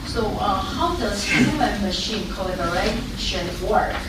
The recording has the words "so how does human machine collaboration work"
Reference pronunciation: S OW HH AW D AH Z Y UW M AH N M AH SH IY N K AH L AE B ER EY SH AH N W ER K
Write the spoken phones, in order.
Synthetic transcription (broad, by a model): S OW HH AW D AH Z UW AH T M AH SH IY N K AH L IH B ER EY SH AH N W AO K